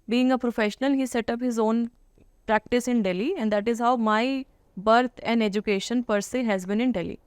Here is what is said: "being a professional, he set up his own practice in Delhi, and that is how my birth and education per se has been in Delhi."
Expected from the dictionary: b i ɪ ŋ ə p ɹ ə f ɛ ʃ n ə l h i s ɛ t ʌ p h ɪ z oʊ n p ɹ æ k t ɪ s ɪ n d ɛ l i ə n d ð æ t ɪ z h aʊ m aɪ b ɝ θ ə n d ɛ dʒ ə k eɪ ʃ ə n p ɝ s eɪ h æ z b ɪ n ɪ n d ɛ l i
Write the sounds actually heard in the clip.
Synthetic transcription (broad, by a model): b i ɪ ŋ ə p ɹ ə f ɛ ʃ n ə l h i s ɛ t ʌ p h ɪ z oʊ n p ɹ æ k t ɪ s ɪ n d ɛ l i ə n d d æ t ɪ z h aʊ m aɪ b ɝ t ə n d ɛ dʒ ə k eɪ ʃ ə n p ɝ s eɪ h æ z b ɪ n ɪ n d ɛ l i